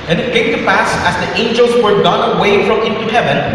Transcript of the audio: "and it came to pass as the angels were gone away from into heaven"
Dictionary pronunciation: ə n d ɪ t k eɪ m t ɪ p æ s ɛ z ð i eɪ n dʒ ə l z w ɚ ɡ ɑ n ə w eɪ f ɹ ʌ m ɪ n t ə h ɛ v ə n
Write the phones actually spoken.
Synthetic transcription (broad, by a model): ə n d ɪ t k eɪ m t ɪ p æ s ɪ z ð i eɪ n dʒ ə l z w ɚ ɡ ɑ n ə w eɪ f ɹ ʌ m ɪ n t ə h ɛ v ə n